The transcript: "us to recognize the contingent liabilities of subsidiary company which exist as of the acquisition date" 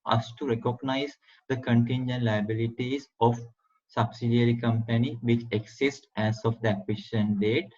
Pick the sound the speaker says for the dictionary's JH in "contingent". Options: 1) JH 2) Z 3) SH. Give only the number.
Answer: 1